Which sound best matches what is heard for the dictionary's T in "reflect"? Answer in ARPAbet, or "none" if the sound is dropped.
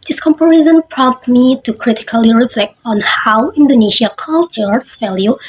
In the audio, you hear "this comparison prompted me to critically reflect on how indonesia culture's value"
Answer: T